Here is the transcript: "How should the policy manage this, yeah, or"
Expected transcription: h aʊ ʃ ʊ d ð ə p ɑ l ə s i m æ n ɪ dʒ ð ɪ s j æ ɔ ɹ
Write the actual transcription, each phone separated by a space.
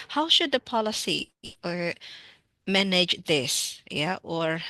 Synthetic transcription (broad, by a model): h aʊ ʃ ʊ d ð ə p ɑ l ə s i m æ n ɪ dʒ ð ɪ s j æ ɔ ɹ